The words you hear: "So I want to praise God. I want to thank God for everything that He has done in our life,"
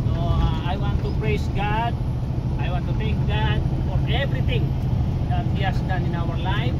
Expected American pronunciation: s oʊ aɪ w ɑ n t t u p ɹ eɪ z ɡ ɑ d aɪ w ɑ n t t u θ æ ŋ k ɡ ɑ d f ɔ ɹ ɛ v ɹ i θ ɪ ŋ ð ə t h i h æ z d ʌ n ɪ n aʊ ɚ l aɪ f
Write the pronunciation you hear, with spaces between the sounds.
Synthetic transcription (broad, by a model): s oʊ aɪ w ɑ n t t u p ɹ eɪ s ɡ ɑ d aɪ w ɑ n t t u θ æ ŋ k ɡ ɑ d f ɔ ɹ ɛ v ɹ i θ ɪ ŋ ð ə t h i h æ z d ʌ n ɪ n aʊ ɚ l aɪ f